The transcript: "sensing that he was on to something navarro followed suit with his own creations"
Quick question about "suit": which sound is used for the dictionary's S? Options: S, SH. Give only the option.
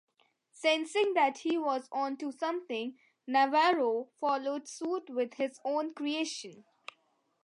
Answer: S